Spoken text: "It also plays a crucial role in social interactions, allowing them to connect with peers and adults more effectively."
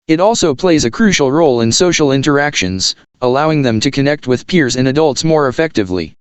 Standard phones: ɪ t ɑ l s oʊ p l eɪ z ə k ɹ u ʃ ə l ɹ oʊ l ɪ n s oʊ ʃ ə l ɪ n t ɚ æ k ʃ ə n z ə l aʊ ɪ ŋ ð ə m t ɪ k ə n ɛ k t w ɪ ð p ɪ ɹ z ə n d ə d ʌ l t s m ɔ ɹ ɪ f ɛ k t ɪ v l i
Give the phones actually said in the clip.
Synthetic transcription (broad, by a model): ɪ t ɑ l s oʊ p l eɪ z ə k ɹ u ʃ l ɹ oʊ l ɪ n s oʊ ʃ l ɪ n t ɚ æ k ʃ ə n z ə l aʊ ɪ ŋ ð ə m t ɪ k ə n ɛ k t w ɪ ð p ɪ ɹ z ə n ə d ʌ l t s m ɔ ɹ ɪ f ɛ k t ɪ v l i